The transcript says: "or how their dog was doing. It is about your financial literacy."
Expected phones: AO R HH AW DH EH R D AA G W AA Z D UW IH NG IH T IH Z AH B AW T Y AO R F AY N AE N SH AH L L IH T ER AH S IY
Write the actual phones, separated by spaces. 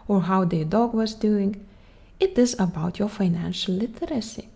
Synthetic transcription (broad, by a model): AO R HH AW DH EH D AA G W AA Z D UW IH NG IH T IH Z AH B AW T Y AO R F AY N AE N SH AH L L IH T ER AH S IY